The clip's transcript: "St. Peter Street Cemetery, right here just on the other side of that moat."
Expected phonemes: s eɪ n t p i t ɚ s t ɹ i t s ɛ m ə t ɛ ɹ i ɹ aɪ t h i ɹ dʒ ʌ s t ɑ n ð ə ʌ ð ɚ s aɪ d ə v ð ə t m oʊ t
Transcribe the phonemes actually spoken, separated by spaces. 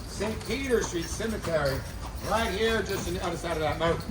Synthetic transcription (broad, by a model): s eɪ n p i t ɚ s t ɹ i t s ɛ m ə t ɛ ɹ i ɹ aɪ t h i ɹ dʒ ʌ s t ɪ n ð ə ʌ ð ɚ s aɪ d ə v ð ə t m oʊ